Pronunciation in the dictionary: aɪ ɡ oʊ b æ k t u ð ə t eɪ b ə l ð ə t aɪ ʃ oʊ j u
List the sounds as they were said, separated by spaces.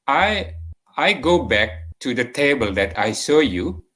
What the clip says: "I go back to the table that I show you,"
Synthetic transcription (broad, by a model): aɪ ɡ oʊ b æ k t u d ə t eɪ b ə l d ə t aɪ s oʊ j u